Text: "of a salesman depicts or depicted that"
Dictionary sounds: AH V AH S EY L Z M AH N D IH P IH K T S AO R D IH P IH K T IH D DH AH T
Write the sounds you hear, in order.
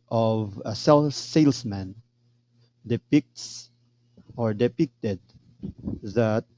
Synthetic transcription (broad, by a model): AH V AH S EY L S M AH N D IH P IH K T S AO R D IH P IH K T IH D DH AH T